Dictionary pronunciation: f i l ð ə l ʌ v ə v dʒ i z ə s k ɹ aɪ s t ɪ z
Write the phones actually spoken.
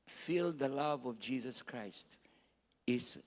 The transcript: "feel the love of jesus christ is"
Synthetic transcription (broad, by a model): f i l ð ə l ʌ v ə v dʒ i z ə s k ɹ aɪ s t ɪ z